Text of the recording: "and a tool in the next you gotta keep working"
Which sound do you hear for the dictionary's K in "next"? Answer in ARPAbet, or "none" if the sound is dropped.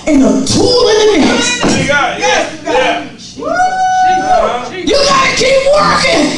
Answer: none